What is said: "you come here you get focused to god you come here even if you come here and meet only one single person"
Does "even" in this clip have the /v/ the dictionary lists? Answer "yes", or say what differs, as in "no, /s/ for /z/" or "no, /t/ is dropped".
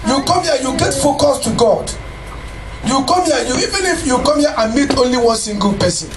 yes